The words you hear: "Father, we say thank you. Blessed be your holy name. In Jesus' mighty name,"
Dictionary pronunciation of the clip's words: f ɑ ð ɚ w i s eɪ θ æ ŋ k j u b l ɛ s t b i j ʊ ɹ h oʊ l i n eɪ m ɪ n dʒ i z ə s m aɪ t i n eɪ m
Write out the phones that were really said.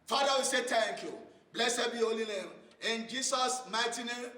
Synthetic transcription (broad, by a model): f ɑ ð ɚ w i s eɪ t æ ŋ k j u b l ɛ s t b i h oʊ l i n eɪ m ɪ n dʒ i s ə s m aɪ t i n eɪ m